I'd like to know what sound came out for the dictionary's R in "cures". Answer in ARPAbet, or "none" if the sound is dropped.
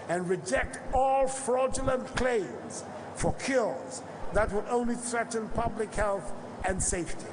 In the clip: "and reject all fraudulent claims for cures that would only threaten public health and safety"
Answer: L